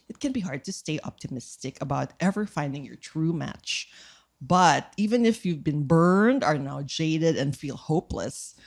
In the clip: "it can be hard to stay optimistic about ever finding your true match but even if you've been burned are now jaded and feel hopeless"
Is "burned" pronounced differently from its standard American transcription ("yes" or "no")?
no